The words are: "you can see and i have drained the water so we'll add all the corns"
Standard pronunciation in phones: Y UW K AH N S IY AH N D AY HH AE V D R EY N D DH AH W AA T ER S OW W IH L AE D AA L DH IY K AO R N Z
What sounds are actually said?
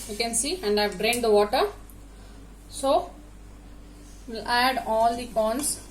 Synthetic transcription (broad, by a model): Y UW K AH N S IY AH N D AY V D R EY N D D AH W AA T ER S OW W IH L AE D AA L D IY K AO N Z